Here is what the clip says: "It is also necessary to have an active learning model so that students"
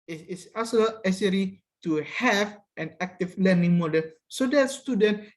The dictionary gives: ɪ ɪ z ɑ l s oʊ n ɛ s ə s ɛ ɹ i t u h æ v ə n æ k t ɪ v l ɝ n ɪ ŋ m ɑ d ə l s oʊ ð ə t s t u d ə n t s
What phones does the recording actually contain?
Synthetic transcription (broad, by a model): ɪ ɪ s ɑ s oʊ l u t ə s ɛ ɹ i t u h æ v ə n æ k t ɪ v l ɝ n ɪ ŋ m ɑ d ə l s oʊ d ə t s t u d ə n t